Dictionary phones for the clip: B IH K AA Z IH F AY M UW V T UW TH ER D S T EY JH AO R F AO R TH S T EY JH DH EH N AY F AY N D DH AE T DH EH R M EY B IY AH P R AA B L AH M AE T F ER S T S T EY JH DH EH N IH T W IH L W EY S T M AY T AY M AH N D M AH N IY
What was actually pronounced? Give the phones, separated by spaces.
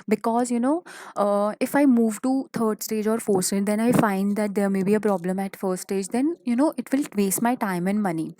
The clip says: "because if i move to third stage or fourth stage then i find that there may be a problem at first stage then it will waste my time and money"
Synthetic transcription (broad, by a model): B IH K AA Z IH F AY M UW V T UW T ER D S T EY JH AO R F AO R S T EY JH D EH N AY F AY N D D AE T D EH R M EY B IY AH P R AA B L AH M AE T F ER T S T EY JH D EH N IH T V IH L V EY S T M AY T AY M AH N D M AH N IY